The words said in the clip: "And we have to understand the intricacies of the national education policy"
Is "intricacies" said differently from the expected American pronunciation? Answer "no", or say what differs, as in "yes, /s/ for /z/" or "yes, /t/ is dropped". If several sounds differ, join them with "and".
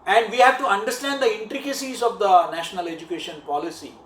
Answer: no